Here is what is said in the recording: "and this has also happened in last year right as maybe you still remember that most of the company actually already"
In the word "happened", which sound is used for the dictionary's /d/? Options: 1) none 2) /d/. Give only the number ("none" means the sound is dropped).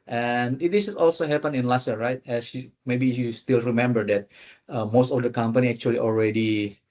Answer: 1